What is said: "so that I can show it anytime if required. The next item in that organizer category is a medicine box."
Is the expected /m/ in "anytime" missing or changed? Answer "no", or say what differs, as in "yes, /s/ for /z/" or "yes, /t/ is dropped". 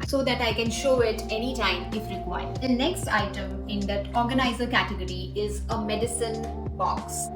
no